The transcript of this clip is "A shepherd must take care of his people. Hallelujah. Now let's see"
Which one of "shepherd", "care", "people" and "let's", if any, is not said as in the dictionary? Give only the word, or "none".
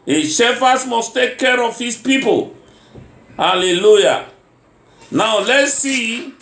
shepherd